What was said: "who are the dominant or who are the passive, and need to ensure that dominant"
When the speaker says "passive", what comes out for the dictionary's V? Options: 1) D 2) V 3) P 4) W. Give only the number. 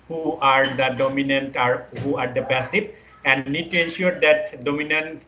3